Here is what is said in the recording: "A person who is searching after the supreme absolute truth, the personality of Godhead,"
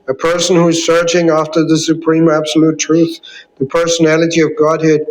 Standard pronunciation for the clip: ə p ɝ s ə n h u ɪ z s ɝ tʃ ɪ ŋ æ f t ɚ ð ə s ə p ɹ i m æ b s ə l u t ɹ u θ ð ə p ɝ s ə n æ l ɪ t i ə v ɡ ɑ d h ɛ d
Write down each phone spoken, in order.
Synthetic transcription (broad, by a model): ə p ɝ s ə n h u ɪ z s ɝ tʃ ɪ ŋ æ f t ɚ ð ə s ə p ɹ i m æ b s ə l u t ɹ u θ ð ə p ɝ s ə n æ l ɪ t i ə v ɡ ɑ d h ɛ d